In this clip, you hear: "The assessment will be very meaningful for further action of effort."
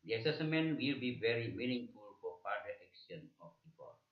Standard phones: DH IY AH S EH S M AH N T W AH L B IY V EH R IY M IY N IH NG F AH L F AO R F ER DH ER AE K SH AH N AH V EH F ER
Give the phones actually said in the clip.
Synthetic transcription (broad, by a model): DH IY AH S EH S M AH N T W AH L B IY V EH R IY M IY N IH NG F AH L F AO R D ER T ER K S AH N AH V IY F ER